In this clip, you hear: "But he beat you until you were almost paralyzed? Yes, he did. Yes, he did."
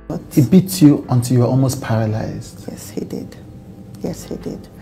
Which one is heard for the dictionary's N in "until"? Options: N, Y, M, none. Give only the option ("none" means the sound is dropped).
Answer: N